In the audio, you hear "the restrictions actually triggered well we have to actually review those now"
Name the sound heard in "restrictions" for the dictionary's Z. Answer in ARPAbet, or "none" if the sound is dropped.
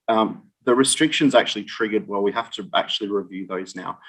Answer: Z